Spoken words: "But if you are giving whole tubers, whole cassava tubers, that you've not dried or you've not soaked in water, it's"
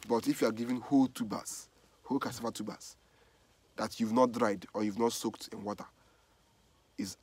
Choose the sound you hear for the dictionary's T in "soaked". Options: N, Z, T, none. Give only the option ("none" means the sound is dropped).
T